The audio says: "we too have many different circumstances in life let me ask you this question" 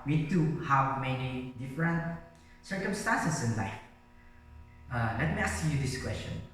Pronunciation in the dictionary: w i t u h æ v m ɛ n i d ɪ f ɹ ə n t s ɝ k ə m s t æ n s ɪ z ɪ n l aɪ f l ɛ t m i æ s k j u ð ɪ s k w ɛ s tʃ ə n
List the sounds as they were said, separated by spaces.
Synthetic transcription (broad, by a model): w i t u h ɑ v m ɛ n i d ɪ f ɹ ə n t s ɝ k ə m s t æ n s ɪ s ɪ n l aɪ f l ɛ t m i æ s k j u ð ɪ s k w ɛ s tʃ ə n